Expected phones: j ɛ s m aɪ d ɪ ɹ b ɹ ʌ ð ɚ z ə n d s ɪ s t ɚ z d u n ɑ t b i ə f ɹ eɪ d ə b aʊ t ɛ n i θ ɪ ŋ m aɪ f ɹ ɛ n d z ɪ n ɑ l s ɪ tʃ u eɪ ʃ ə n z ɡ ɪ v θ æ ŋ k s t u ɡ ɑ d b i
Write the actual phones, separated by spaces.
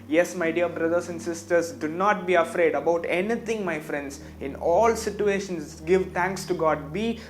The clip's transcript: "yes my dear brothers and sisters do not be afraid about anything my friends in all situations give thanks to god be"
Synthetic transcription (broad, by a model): j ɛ s m aɪ d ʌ ɹ b ɹ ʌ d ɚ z ə n d s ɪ s t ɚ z d u n ɑ t b i ə f ɹ eɪ d ə b aʊ t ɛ n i t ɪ ŋ m aɪ f ɹ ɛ n d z ɪ n ɑ l s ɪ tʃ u eɪ ʃ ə n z ɡ ɪ v t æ ŋ k s t u ɡ ɑ d b i